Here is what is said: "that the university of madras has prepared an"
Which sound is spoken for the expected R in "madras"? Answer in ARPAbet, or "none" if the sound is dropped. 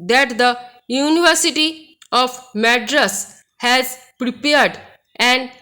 R